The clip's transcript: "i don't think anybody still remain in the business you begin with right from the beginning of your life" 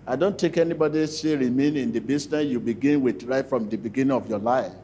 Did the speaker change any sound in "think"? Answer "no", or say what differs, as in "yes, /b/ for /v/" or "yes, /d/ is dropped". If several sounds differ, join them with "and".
yes, /t/ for /θ/ and /ŋ/ is dropped